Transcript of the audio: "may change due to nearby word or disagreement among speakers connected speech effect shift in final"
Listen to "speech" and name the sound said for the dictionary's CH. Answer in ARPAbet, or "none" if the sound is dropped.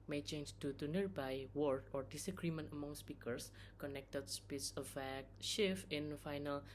S